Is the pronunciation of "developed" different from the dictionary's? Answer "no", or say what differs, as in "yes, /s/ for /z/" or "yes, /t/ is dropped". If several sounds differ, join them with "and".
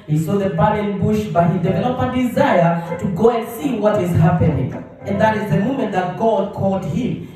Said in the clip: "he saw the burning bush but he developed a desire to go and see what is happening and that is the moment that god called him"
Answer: yes, /t/ is dropped